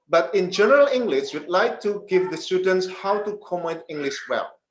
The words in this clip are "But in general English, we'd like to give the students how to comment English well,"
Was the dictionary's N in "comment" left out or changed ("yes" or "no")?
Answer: yes